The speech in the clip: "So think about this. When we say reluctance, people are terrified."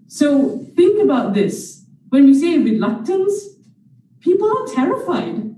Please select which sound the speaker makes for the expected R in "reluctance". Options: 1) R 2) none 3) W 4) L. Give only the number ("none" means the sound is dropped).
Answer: 3